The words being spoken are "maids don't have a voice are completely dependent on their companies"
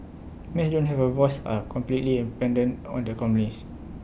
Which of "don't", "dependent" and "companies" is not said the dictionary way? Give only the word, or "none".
companies